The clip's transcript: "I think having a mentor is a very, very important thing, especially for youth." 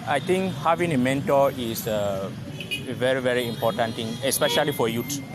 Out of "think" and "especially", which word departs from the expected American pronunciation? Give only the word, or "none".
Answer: think